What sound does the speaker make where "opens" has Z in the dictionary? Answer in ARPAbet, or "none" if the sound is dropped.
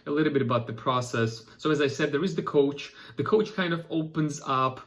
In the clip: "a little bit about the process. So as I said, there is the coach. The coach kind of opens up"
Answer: Z